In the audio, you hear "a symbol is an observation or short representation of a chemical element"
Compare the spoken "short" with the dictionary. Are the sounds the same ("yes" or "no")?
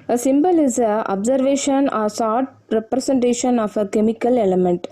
no